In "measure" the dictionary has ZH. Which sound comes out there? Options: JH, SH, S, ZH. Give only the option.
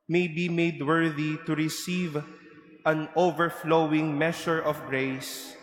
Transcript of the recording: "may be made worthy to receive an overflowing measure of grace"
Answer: SH